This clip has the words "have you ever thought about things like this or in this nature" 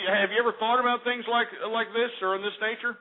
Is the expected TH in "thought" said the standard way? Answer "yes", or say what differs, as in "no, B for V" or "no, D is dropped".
yes